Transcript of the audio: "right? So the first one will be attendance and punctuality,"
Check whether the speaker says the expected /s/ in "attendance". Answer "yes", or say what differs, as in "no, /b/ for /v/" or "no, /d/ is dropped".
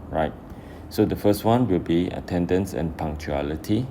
yes